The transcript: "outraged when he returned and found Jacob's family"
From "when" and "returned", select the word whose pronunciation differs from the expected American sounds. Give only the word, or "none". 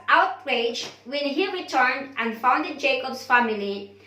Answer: none